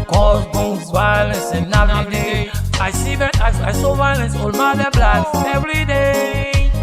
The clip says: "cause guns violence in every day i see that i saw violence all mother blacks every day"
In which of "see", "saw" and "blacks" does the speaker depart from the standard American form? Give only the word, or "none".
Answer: blacks